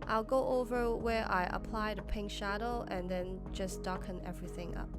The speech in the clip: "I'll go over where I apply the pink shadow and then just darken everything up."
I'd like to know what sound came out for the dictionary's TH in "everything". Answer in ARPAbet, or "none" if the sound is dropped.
TH